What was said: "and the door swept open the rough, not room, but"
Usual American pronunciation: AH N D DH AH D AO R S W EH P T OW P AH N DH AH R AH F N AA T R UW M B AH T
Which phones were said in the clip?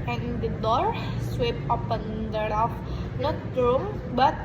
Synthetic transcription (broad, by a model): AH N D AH D AO R S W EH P OW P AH N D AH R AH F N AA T R UW M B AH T